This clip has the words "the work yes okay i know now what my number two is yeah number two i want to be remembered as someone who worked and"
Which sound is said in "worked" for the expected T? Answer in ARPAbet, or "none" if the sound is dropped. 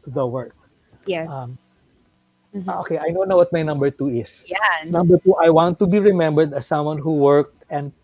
T